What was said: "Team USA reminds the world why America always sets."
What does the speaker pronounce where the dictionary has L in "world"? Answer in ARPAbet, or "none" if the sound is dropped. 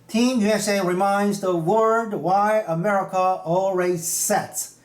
none